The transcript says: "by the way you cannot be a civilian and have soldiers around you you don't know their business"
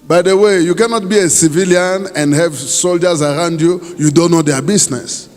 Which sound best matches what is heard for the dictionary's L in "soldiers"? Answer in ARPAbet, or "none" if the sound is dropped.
L